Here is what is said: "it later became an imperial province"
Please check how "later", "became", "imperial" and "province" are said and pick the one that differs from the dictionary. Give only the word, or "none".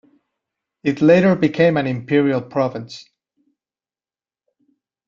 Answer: none